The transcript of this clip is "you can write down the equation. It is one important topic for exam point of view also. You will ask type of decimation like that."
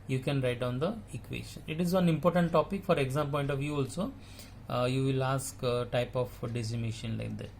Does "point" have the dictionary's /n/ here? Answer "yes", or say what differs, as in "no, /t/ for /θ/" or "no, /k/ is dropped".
yes